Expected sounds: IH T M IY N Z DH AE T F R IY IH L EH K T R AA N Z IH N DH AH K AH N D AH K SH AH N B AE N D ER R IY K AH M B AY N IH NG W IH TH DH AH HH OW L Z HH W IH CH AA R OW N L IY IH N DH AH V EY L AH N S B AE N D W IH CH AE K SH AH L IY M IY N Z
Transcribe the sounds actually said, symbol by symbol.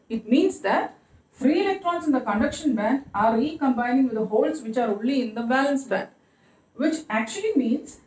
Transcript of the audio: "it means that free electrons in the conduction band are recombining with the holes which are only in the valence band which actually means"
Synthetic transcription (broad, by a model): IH T M IY N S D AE T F R IY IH L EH K T R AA N S IH N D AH K AH N D AH K SH AH N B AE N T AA R IY K AH M B AY N IH NG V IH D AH HH OW L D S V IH CH AA R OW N L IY IH N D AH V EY L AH N S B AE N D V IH CH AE K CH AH L IY M IY N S